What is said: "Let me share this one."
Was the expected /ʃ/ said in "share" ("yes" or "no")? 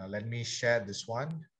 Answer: yes